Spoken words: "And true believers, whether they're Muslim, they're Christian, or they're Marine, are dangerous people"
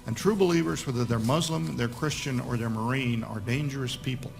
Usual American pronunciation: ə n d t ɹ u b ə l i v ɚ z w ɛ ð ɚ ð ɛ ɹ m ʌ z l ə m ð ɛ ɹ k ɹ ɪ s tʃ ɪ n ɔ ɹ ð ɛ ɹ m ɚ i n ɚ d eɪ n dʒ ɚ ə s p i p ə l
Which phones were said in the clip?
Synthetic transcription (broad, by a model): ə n t ɹ u b ə l i v ɚ z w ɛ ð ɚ ð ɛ ɹ m ʌ z l ə m ð ɛ ɹ k ɹ ɪ s tʃ ɪ n ɔ ɹ ð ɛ ɹ m ɚ i n ɚ d eɪ n dʒ ɚ ə s p i p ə l